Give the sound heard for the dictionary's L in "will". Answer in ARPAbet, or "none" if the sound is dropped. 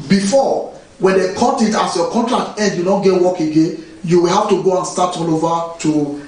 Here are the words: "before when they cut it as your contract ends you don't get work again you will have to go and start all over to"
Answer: L